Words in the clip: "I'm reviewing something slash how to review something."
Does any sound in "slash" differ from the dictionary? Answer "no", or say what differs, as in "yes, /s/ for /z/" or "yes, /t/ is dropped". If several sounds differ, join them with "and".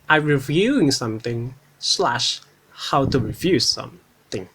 no